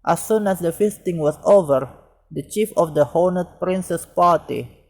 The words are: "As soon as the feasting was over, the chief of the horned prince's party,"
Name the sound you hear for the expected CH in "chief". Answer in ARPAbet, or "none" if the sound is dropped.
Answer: CH